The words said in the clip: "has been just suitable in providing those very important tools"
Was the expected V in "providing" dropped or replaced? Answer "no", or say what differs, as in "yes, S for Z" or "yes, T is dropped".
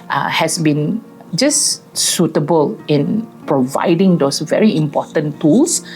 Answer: no